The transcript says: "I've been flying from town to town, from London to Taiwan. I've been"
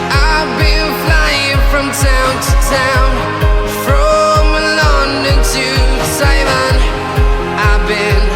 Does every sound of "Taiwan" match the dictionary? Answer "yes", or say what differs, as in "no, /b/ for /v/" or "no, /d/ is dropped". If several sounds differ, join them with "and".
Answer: no, /s/ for /t/